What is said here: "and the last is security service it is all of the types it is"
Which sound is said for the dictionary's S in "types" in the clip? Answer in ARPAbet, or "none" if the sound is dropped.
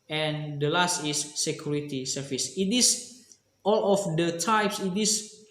S